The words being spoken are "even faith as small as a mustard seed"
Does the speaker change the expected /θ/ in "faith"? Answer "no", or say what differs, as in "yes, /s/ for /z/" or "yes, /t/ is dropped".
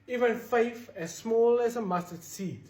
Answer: yes, /f/ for /θ/